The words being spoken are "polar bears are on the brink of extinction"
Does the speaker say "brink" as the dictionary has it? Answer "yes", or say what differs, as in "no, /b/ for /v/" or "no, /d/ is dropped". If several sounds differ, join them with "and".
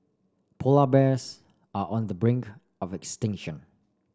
yes